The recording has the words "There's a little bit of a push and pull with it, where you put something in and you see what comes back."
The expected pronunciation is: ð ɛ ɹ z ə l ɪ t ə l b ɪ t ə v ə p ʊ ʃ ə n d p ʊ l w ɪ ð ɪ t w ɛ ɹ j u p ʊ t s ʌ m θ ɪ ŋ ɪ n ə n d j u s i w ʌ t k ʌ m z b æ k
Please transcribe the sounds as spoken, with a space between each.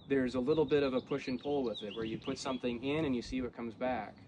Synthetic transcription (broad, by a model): ð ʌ ɹ z ə l ɪ t l b ɪ t ə v ə p ʊ ʃ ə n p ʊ l w ɪ ð ɪ t w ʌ ɹ j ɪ p ʊ t s ʌ m θ ɪ ŋ ɪ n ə n j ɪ s i w ʌ t k ʌ m z b æ k